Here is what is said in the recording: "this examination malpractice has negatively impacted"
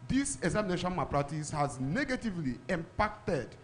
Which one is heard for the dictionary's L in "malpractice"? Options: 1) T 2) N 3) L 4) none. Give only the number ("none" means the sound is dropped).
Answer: 4